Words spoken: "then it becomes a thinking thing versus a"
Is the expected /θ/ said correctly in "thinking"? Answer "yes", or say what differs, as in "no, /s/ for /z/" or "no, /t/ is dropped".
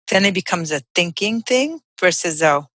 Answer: yes